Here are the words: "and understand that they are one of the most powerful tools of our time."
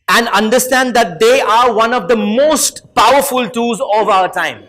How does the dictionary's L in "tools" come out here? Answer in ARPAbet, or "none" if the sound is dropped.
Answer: none